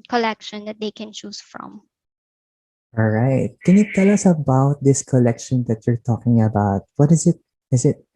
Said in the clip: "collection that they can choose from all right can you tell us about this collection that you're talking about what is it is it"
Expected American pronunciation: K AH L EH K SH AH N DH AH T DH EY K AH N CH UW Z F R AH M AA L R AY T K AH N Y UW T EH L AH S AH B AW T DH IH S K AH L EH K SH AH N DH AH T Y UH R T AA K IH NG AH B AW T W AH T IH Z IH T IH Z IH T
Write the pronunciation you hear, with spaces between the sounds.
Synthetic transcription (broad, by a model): K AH L EH K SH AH N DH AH T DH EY K AH N CH UW S F R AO M AA L R AY T K AH N Y UW T EH L AH S AH B AW T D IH S K AH L EH K SH AH N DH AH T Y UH R T AA K IH NG AH B AW T W AH T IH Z IH T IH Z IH T